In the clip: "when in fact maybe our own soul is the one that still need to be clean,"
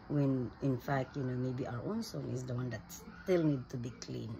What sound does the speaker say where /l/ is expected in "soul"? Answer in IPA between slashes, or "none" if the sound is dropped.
/n/